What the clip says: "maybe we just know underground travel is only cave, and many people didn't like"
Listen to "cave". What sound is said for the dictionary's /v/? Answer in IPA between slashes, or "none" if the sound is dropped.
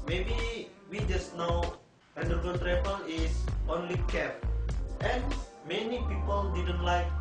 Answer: /p/